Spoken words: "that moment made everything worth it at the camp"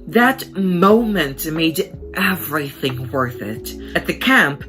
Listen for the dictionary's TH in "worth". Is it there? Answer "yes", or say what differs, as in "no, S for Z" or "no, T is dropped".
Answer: yes